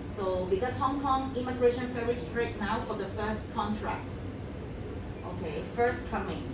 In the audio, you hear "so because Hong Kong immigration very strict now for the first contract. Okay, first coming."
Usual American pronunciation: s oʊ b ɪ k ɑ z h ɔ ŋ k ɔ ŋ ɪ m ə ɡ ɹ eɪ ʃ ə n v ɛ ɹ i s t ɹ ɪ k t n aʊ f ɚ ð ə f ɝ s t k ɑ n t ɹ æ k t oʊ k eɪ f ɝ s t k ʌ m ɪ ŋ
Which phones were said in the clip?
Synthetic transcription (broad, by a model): s oʊ b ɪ k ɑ s h ɔ ŋ k ɔ ŋ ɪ m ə ɡ ɹ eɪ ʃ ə n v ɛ ɹ i s t ɹ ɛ t n aʊ f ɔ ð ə f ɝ s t k ɑ n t ɹ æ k t oʊ k eɪ f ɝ s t k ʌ m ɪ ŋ